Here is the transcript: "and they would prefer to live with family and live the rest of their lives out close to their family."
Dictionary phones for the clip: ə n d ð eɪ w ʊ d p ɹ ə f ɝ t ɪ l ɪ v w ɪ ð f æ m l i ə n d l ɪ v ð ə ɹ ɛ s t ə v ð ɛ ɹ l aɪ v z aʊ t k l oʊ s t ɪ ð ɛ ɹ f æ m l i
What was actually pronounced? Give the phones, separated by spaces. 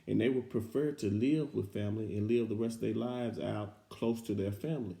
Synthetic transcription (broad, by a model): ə n ð eɪ w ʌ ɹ p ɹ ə f ɝ t ɪ l ɪ v w ɪ ð f æ m l i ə n l ɪ v ð ə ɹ ɛ s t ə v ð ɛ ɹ l aɪ v z aʊ t k l oʊ s t ɪ ð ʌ ɹ f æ m l i